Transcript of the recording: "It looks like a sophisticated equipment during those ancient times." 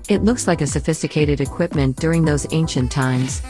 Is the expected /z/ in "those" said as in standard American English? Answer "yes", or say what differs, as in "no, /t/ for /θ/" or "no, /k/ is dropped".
yes